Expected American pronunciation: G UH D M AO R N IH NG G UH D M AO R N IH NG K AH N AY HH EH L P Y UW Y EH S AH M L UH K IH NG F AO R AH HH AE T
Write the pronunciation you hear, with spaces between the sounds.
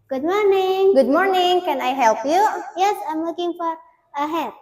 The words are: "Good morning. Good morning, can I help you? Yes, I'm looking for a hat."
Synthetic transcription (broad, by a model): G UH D M AO R N IH NG G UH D M AO R N IH NG K AH N AY HH EH L P Y UW Y EH S AH M W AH K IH NG F AO R AH HH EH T